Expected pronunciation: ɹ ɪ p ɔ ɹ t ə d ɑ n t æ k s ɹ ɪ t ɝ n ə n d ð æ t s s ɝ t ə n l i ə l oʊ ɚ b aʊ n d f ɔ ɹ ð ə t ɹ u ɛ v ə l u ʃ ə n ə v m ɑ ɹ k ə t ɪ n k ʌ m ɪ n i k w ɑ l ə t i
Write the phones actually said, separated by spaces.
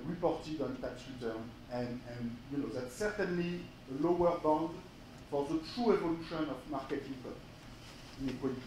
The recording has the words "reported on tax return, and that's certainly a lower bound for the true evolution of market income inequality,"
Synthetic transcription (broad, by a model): ɹ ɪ p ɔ ɹ t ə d ɑ n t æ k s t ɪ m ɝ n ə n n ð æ t s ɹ t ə n l i ə l oʊ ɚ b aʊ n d f ɔ ɹ ð ə t ɹ u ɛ v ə l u ʃ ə n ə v m ɑ ɹ k ə t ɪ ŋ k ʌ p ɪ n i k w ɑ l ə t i